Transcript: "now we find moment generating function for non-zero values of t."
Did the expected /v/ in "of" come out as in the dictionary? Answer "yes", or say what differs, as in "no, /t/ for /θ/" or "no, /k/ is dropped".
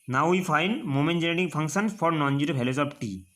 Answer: no, /p/ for /v/